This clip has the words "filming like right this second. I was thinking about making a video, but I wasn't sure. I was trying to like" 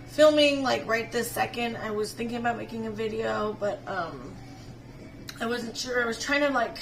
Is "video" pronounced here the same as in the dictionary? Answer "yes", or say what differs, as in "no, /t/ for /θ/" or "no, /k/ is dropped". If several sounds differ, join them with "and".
yes